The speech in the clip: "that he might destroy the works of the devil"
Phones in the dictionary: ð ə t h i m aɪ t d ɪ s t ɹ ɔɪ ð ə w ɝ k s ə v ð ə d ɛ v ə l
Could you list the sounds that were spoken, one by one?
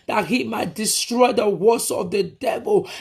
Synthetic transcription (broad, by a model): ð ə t h i m aɪ t d ɪ s t ɹ ɔɪ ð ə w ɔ s ə v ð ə d ɛ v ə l